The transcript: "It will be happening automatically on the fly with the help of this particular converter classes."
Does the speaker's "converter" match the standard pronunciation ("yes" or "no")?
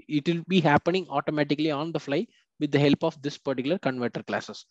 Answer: yes